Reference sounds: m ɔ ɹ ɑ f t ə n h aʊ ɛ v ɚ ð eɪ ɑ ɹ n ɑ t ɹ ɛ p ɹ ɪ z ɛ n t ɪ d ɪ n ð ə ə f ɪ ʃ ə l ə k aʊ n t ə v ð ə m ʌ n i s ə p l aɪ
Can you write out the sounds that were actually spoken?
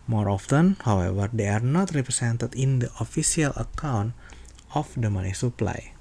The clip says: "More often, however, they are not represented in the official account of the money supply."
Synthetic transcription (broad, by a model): m ɔ ɹ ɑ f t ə n h aʊ ɛ v ɚ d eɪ ɑ ɹ n ɑ t ɹ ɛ p ɹ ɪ s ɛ n t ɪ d ɪ n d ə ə f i s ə l ə k aʊ n t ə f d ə m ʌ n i s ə p l aɪ